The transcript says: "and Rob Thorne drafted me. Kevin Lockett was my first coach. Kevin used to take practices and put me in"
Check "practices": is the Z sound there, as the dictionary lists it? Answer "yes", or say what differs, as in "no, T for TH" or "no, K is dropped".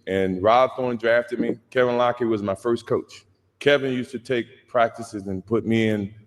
yes